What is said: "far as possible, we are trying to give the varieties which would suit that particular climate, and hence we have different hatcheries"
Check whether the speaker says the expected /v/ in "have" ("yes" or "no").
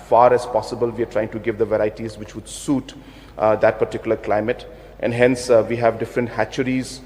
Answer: yes